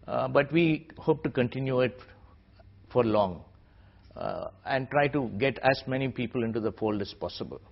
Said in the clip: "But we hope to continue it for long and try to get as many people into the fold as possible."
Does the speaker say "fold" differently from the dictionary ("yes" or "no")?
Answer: no